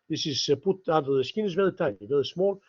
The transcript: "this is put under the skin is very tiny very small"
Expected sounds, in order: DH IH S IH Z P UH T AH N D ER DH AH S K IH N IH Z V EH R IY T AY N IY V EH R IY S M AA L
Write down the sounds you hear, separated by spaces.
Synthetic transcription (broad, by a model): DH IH S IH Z P UH T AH D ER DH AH S K IH N IH Z V EH R IY T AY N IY V EH R IY S M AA L